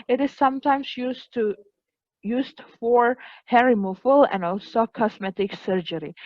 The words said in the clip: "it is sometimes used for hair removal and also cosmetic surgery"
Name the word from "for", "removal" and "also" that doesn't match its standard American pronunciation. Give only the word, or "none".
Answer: removal